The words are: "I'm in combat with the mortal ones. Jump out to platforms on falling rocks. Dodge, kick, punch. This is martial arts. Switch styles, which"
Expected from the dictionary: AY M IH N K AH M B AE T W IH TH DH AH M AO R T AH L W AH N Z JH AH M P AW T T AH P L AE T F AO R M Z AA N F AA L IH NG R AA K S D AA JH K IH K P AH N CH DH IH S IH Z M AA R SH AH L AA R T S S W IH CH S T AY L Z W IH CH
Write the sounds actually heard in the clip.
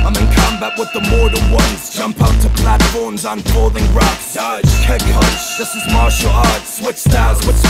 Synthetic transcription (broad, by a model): AY M IH N K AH M B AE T W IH DH AH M AO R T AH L W AH N Z JH AH M P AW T T AH P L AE T F AO R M Z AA N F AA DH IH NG R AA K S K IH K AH CH DH IH S IH Z M AA R SH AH L AA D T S S W IH CH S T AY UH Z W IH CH